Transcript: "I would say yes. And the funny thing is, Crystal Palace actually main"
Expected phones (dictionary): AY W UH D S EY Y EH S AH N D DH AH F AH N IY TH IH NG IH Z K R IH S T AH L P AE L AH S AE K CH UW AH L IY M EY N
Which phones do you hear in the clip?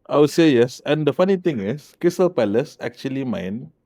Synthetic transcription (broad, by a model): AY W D S EY Y EH S AH N D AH F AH N IY T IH NG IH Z K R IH S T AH L P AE L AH S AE K CH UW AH L IY M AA N